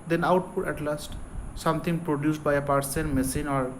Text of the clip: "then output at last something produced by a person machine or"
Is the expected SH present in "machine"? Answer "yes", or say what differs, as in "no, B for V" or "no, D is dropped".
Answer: no, S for SH